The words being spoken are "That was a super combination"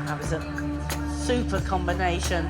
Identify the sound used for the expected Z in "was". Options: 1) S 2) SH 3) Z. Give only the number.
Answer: 3